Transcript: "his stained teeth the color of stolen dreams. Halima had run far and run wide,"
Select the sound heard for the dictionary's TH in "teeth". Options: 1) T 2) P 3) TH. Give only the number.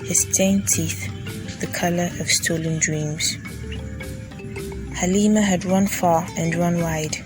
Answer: 3